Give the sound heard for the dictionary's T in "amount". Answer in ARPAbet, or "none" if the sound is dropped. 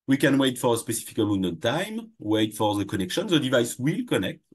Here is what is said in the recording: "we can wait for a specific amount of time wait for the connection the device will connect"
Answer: none